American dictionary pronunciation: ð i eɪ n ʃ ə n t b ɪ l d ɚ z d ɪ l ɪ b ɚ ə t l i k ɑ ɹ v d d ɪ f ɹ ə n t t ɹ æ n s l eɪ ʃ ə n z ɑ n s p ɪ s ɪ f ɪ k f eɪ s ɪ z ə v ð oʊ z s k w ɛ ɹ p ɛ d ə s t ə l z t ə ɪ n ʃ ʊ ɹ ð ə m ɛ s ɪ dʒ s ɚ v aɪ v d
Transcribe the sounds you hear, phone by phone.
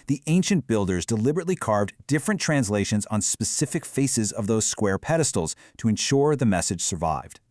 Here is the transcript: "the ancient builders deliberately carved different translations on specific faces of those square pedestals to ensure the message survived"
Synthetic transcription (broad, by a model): ð i eɪ n ʃ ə n b ɪ l d ɚ z d ɪ l ɪ b ɚ ə t l i k ɑ ɹ v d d ɪ f ɹ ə n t t ɹ æ n s l eɪ ʃ ə n z n s p ɪ s ɪ f ɪ k f eɪ s ɪ z ə v ð oʊ z s k w ɛ ɹ p ɛ d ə s t l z t ə ɪ n ʃ ʊ ɹ ð ə m ɛ s ɪ dʒ s ɚ v aɪ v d